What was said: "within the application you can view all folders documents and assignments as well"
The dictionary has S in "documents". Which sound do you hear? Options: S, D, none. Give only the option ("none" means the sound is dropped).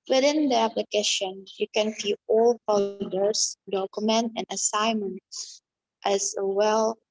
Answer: none